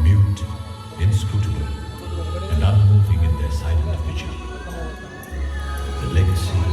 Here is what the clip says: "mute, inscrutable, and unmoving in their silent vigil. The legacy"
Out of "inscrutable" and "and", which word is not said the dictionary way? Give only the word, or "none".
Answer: inscrutable